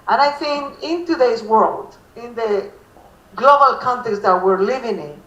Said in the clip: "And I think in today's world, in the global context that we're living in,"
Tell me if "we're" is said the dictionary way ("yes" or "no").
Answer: yes